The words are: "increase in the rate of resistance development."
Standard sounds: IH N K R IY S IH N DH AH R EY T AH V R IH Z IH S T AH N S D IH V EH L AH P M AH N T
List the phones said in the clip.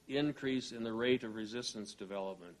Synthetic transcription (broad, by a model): IH N K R IY S IH N DH AH R EY T AH V R IH Z IH S T AH N S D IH V EH L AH P M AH N T